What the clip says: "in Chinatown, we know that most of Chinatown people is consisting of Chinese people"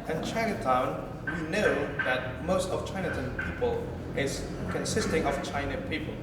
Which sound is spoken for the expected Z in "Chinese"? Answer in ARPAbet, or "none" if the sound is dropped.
none